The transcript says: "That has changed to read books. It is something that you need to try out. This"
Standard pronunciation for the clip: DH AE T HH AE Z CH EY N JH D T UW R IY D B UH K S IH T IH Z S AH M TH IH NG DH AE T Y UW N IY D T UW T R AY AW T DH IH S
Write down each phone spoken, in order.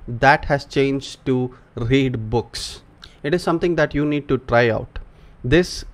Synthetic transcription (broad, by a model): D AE T HH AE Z CH EY N JH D T UW R IY D B UH K S IH T IH Z S AH M T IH NG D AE T Y UW N IY D T UW T R AY AW T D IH S